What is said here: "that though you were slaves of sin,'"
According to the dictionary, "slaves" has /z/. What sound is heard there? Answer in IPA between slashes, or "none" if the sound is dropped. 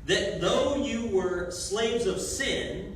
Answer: /z/